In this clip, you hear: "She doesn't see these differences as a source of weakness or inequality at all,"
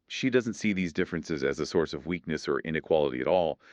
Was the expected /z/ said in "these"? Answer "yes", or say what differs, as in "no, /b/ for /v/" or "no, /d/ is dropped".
yes